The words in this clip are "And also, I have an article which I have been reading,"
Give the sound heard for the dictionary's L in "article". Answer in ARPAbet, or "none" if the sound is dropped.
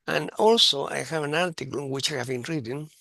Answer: N